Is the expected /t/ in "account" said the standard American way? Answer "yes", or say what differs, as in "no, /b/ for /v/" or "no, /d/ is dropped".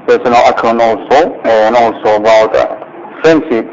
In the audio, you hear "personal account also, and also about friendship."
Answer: no, /t/ is dropped